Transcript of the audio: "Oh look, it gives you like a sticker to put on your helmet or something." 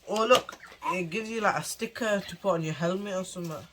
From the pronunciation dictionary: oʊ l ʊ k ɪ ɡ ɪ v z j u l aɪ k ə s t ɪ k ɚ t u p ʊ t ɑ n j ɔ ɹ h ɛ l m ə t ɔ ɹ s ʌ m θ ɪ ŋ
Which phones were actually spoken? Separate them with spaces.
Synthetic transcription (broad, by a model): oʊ l ʊ k ɪ ɡ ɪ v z j u l aɪ k ə s t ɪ k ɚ t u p ɑ n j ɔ h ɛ l m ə ɪ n s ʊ m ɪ